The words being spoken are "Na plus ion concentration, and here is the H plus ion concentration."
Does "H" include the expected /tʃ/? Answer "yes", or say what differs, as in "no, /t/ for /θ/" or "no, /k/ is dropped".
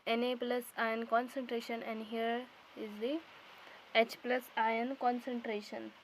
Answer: yes